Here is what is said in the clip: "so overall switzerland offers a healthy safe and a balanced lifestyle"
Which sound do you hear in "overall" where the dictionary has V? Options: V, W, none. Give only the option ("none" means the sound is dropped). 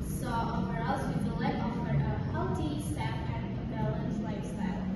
none